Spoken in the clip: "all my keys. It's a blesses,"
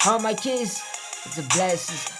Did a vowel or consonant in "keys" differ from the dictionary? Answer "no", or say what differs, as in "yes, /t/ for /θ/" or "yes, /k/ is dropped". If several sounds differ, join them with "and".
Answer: yes, /s/ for /z/